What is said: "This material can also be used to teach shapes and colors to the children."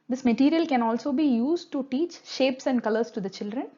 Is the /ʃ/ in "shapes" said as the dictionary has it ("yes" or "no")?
yes